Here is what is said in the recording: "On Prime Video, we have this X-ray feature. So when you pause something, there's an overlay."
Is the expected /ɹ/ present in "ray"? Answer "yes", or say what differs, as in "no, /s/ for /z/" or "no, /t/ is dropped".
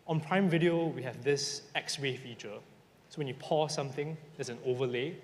no, /w/ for /ɹ/